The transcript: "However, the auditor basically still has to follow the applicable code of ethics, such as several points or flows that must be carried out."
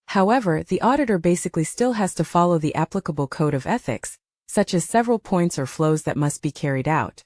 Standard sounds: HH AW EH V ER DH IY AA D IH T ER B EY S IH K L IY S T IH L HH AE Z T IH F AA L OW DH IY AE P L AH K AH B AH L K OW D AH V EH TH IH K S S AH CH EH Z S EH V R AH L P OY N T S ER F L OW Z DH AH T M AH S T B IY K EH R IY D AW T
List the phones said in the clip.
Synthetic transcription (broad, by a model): HH AW EH V ER DH IY AA D IH T ER B EY S IH K L IY S T IH L HH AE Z T IH F AA L OW DH IY AE P L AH K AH B L K OW D AH V EH TH IH K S S AH CH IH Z S EH V R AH L P OY N T S ER F L OW Z DH AH T M AH S T B IY K EH R IY D AW T